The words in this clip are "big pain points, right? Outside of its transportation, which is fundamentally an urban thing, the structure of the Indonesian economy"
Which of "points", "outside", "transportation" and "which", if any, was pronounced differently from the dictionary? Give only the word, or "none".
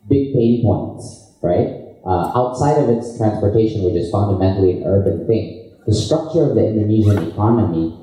none